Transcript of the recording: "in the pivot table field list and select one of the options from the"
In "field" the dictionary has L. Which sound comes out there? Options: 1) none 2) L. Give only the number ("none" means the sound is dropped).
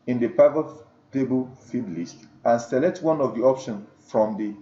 1